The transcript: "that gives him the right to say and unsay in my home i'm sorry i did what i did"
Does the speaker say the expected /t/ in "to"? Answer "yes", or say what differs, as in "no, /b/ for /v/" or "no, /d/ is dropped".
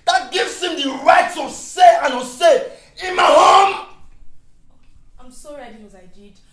no, /s/ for /t/